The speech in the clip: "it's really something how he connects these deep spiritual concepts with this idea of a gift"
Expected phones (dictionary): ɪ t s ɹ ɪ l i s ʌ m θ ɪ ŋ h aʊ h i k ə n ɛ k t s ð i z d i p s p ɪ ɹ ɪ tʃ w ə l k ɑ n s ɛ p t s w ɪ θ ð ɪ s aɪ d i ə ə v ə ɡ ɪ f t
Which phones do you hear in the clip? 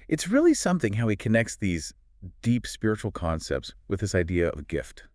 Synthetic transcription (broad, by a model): ɪ t s ɹ ɪ l i s ʌ m θ ɪ ŋ h aʊ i k ə n ɛ k t s ð i z d i p s p ɪ ɹ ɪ tʃ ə l k ɑ n s ɛ p t s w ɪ ð ɪ s aɪ d i ə ə v ɡ ɪ f t